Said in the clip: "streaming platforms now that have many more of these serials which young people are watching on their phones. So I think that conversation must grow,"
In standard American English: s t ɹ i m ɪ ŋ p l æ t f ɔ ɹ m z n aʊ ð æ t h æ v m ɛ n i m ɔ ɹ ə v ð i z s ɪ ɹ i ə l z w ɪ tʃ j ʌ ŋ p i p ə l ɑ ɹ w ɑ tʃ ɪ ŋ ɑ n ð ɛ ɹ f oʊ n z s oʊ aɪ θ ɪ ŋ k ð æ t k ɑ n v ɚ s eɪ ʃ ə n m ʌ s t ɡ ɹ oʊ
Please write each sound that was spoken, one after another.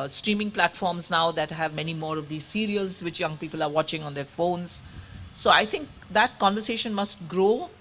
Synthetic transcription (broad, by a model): s t ɹ i m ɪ ŋ p l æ t f ɔ ɹ m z n aʊ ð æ t h æ v m ɛ n i m ɔ ɹ ə v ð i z s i ɹ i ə l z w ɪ tʃ j ʌ ŋ p i p ə l ɑ ɹ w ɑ tʃ ɪ ŋ ɑ n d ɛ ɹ f oʊ n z s oʊ aɪ t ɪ ŋ k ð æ t k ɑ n v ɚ s eɪ ʃ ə n m ʌ s t ɡ ɹ oʊ